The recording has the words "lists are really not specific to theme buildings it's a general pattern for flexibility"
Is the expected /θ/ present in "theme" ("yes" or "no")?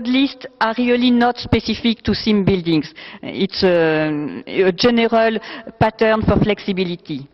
no